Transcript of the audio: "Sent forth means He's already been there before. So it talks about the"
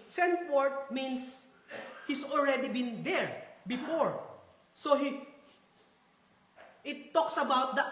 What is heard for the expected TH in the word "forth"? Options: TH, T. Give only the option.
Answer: T